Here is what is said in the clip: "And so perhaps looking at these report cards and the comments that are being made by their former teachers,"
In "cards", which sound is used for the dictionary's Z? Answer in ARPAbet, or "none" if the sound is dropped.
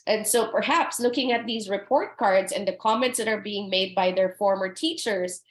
Z